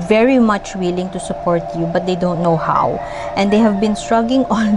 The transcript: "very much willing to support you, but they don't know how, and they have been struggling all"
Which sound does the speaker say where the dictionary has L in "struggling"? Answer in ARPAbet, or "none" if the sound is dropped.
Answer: none